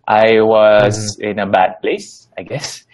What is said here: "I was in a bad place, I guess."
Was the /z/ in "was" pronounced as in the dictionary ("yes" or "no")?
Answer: yes